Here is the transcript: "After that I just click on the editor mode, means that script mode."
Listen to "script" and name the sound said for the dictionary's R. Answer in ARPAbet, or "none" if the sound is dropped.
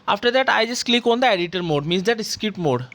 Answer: none